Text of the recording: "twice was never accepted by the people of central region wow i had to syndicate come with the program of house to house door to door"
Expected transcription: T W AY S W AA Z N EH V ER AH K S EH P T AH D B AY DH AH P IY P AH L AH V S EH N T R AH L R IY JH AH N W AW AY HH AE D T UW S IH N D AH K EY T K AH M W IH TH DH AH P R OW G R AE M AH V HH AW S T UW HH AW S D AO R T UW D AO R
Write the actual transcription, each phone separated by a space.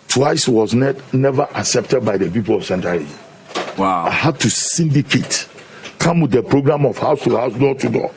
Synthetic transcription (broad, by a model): T W AY S W AA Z N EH V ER AH K S EH P T AH D B AY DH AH P IY P AH L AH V S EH N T AH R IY Z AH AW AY HH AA D T UW S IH N D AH K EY T K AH M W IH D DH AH P R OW G R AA M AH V HH AW S T UW HH AW S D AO T UW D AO